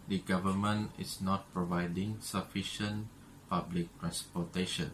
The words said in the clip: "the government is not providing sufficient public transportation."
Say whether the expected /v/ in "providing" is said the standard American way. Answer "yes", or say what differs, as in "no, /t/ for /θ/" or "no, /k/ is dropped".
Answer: yes